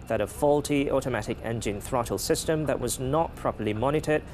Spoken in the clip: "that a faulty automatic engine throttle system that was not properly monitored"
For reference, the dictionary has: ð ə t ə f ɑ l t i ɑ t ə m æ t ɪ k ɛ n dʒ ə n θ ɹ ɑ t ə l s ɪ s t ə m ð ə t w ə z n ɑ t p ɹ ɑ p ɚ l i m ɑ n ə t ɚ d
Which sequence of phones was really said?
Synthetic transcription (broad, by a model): ð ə t ə f ɑ l t i ɑ t ə m æ t ɪ k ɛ n dʒ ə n θ ɹ ɑ t ə l s ɪ s t ə m ð ə t w ə z n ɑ t p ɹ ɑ p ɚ l i m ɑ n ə t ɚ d